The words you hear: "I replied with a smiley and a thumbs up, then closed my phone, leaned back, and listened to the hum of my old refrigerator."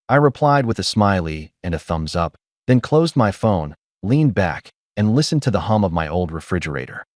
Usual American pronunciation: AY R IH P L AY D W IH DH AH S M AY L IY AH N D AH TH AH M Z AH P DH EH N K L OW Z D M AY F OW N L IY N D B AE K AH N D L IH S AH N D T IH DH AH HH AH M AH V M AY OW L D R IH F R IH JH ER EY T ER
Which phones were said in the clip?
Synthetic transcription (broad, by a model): AY R IH P L AY D W IH DH AH S M AY L IY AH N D AH TH AH M Z AH P DH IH N K L OW Z D M AY F OW N L IY N B AE K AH N L IH S N T IH DH AH HH AH M AH V M AY OW L D R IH F R IH JH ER EY T ER